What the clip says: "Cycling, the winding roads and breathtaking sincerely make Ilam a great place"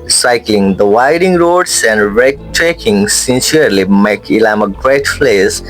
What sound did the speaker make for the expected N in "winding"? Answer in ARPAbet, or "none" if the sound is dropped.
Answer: none